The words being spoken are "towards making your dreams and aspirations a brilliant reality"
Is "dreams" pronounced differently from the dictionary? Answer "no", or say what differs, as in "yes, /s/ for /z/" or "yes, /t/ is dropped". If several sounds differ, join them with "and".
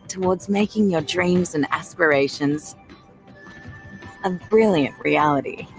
no